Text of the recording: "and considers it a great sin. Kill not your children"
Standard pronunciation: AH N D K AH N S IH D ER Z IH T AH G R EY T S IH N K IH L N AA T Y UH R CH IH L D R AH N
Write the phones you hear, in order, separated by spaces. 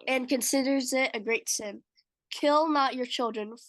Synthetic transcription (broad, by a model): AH N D K AH N S IH D ER Z IH T AH G R EY T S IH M K IH L N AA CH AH R CH IH L D R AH N